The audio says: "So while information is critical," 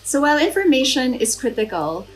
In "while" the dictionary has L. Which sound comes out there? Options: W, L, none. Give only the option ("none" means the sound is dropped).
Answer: L